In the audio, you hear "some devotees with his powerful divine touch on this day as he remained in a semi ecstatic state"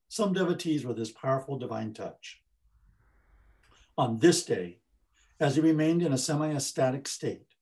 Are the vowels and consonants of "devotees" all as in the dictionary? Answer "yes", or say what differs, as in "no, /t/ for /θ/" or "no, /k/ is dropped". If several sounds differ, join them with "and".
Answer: yes